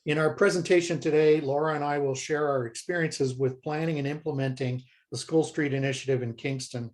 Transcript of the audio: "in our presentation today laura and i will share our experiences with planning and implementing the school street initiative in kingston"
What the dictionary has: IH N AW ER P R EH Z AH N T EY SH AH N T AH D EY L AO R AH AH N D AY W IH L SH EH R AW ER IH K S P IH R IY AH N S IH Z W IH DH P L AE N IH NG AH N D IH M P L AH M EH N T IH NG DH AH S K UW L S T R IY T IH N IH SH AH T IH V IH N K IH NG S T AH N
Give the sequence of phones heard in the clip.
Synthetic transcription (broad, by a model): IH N AW ER P R EH Z AH N T EY SH AH N T AH D EY L AO R AH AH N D AY W IH L SH EH R AW ER IH K S P IH R IY AH N S IH Z W IH DH P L AE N IH NG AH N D IH M P L AH M EH N T IH NG DH AH S K UW L S T R IY T IH N IH SH AH T IH V IH N K IH NG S T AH N